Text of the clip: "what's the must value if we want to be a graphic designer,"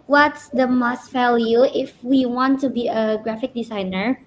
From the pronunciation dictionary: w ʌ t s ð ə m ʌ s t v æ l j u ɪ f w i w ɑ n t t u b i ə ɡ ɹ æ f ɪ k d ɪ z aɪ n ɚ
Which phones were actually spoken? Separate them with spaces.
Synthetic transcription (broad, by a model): w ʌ t s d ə m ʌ s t f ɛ l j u ɪ f w i w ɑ n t t u b i ə ɡ ɹ æ f ɪ k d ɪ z aɪ n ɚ